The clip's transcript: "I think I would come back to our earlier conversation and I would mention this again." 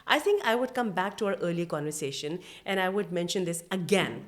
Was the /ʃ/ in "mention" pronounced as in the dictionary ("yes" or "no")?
yes